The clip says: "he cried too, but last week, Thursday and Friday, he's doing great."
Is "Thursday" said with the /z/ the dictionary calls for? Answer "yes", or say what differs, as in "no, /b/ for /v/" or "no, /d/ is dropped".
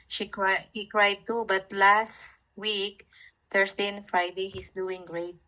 no, /s/ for /z/